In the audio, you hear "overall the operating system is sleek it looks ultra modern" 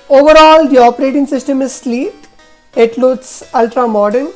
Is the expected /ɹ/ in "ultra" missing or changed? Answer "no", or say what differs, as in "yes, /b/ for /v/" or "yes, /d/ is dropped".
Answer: no